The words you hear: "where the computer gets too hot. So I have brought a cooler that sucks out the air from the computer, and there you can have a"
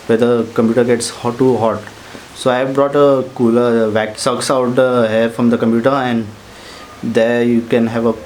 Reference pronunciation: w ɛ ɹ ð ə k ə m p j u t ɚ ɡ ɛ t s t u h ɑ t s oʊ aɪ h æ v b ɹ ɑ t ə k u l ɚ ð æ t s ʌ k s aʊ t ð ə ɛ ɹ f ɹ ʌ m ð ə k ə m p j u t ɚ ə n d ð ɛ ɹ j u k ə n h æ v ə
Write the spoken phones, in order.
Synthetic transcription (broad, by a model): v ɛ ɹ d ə k ə m p j u t ɚ ɡ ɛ t s t u h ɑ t s oʊ aɪ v b ɹ ɑ t ə k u l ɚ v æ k s ʌ k s aʊ t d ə ɛ ɹ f ɹ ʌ m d ə k ə m p j u t ɚ ə n d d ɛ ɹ j u k ə n h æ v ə